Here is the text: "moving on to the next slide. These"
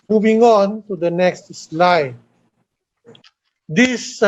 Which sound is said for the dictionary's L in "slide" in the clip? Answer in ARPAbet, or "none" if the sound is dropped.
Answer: L